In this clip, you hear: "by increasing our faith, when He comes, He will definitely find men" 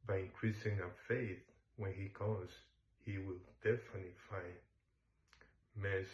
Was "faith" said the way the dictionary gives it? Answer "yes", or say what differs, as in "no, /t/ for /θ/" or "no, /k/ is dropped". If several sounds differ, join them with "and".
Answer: yes